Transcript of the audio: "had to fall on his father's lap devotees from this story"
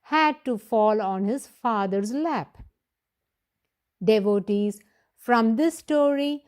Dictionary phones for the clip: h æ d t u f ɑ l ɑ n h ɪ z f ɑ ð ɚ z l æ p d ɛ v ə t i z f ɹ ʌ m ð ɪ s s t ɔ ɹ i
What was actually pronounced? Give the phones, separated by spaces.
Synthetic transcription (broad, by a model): h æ d t u f ɑ l ɑ n h ɪ z f ɑ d ɚ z l æ p d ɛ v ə t i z f ɹ ʌ m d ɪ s s t ɔ ɹ i